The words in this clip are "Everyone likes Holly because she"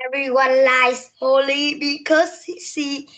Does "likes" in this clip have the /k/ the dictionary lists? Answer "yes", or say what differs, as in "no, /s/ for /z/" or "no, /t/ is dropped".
no, /k/ is dropped